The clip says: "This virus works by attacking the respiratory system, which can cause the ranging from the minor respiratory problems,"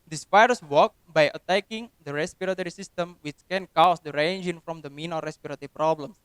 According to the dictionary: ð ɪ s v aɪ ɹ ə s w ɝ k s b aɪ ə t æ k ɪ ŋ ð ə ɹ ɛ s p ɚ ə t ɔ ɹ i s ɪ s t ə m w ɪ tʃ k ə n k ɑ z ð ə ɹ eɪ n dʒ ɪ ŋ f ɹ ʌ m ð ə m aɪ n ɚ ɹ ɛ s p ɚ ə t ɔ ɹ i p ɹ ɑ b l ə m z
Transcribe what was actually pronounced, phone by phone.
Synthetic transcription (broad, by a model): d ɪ s p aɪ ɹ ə s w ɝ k b aɪ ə t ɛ k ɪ ŋ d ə ɹ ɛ s p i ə t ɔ ɹ i s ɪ s t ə m w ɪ tʃ k ə n k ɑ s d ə ɹ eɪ n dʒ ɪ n f ɹ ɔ m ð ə m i n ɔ ɹ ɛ s p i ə t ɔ ɹ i p ɹ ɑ b l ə m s